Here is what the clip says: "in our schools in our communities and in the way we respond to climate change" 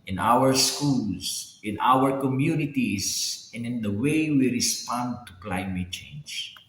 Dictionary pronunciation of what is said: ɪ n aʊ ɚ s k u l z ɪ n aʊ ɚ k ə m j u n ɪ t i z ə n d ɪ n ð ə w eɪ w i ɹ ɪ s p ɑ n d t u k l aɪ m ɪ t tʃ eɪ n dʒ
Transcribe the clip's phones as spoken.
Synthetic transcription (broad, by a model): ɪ n aʊ ɚ s k u l s ɪ n aʊ ɚ k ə m j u n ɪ t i s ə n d ɪ n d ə w eɪ w i ɹ ɪ s p ɑ n d t u k l aɪ m ɪ t tʃ eɪ n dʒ